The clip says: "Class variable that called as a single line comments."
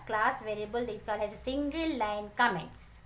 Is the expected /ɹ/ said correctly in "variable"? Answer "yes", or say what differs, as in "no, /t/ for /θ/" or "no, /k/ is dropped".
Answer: yes